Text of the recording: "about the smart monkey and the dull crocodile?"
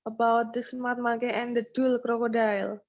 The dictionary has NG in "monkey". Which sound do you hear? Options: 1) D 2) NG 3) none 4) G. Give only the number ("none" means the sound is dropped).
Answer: 3